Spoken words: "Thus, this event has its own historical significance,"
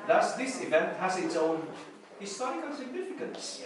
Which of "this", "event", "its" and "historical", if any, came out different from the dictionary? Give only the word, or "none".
historical